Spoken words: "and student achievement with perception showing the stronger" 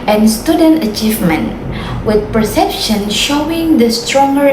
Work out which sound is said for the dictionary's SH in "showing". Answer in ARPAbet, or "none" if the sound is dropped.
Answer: SH